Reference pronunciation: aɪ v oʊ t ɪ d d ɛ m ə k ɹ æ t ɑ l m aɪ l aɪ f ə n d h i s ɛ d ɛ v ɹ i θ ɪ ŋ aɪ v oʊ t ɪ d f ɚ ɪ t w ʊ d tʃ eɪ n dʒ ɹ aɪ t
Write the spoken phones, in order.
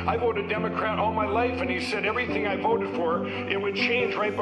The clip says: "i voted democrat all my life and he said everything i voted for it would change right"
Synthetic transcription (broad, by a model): aɪ v oʊ t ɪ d d ɛ m ə k ɹ æ t ɑ l m aɪ l aɪ f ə n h i s ɛ d ɛ v ɹ i θ ɪ ŋ aɪ v oʊ t ɪ d f ɚ ɪ t w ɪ d tʃ eɪ n dʒ ɹ aɪ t